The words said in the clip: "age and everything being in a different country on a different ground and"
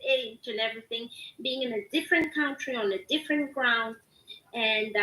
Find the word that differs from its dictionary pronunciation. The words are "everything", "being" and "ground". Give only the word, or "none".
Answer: none